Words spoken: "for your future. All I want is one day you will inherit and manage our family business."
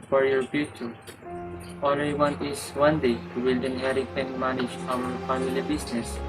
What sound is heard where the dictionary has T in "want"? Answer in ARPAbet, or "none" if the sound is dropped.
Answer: none